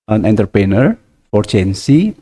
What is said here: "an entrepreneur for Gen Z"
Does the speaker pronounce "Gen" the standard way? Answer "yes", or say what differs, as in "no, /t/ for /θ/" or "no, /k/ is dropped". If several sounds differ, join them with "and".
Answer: no, /tʃ/ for /dʒ/